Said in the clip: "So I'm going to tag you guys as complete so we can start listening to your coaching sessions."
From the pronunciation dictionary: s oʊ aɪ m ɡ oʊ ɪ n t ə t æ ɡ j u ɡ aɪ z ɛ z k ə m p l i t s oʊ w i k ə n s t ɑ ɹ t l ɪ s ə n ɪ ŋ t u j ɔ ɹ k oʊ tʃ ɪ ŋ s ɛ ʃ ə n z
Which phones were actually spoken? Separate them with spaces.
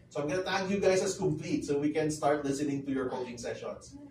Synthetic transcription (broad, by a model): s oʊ aɪ m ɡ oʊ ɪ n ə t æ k j u ɡ aɪ s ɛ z k ə m p l i t s oʊ w i k ə n s t ɑ ɹ t l ɪ s ə n ɪ ŋ t u j ɔ ɹ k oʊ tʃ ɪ ŋ s ɛ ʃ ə n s